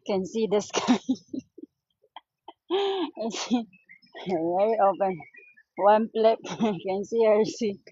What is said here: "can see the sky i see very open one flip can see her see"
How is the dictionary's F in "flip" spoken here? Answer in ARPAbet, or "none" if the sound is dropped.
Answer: P